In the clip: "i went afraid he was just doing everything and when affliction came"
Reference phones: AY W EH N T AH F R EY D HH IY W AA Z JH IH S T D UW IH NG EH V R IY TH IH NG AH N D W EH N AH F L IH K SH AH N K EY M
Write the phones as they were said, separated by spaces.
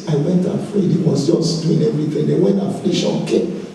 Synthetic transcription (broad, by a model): AY W EH N T AH F R EY D HH IY W AA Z JH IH S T D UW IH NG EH V R IY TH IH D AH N W EH N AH F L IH SH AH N K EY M